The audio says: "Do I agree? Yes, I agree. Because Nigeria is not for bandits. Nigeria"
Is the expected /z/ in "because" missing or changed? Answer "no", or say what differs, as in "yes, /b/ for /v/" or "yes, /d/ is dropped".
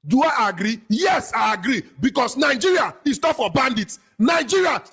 yes, /s/ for /z/